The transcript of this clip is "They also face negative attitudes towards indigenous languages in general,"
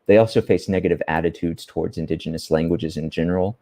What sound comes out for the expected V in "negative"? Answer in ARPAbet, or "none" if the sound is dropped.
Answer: V